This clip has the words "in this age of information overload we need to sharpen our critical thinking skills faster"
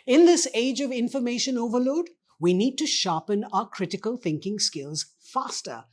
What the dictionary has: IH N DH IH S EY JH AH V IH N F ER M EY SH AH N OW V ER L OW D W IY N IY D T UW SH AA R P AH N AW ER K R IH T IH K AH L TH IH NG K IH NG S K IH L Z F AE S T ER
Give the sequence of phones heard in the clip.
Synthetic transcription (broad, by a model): IH N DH IH S EY JH AH V IH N F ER M EY SH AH N OW V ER L OW D W IY N IY D T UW SH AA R P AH N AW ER K R IH T IH K AH L TH IH NG K IH NG S K IH L Z F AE S T ER